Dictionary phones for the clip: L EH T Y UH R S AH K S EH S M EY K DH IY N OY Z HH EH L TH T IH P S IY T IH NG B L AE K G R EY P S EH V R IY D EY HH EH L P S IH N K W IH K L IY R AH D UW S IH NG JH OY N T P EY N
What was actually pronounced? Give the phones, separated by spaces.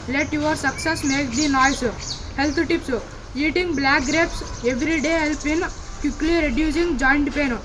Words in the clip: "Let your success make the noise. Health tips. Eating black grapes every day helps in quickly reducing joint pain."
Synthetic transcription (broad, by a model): L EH T Y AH R S AH K S EH S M EY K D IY N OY S HH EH L T T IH P S IY T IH NG B L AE K G R EY P S EH V R IY D EY HH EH L P IH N K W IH K L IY R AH D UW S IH NG JH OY N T P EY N